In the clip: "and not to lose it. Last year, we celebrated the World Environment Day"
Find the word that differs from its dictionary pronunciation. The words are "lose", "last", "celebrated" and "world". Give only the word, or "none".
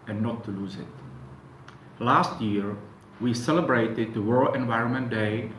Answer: world